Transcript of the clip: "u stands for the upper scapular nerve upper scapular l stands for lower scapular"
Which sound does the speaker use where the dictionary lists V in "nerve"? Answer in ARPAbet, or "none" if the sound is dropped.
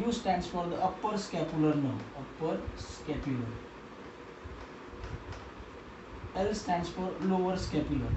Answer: none